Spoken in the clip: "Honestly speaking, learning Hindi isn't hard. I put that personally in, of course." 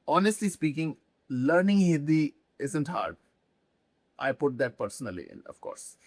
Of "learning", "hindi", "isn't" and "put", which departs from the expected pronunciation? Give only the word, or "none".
hindi